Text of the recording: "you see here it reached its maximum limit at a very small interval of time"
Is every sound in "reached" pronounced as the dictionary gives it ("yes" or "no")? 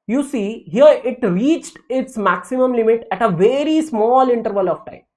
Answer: yes